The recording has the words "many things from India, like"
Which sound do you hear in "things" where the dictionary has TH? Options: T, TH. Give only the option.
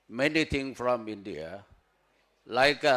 T